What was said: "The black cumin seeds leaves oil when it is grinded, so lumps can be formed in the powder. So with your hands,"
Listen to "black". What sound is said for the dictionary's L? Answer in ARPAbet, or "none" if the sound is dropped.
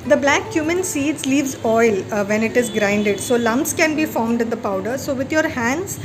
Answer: L